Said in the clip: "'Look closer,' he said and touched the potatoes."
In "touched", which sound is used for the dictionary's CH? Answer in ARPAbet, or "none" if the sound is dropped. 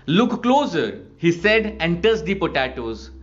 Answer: S